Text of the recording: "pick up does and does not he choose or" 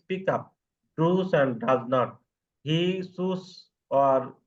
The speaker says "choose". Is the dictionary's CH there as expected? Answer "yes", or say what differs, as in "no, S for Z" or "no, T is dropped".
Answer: no, S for CH